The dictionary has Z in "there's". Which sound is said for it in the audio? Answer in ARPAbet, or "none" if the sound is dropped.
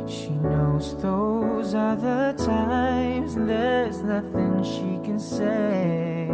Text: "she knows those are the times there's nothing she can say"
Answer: Z